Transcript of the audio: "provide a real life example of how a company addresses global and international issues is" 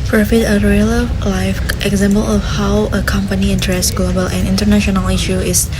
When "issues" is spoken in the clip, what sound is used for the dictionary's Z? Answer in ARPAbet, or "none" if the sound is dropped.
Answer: none